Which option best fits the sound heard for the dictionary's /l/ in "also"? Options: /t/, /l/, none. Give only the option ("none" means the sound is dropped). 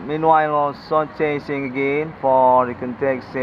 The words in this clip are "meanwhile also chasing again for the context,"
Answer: none